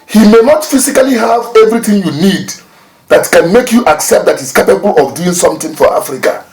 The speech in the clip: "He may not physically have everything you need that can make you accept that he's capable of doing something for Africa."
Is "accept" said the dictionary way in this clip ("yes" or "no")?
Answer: yes